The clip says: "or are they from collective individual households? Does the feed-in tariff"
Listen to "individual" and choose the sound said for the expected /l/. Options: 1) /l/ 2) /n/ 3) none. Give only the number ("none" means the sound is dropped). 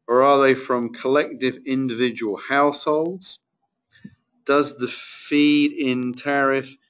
1